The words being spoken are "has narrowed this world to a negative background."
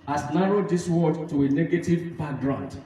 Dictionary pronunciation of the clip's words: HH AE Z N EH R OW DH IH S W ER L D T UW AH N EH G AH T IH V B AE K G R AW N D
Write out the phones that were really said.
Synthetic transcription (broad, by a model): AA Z N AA R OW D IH S W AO D T UW AH N EH G AH T IH V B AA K G R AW N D